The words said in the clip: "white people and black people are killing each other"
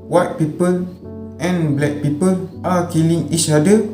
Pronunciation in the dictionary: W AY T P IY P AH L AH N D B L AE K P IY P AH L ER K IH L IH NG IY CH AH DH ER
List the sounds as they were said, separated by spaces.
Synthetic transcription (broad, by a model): W AY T P IY P AH L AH N B L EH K P IY P AH L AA K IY L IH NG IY S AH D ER